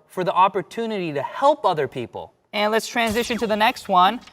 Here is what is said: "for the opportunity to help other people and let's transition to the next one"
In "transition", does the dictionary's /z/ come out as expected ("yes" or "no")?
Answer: yes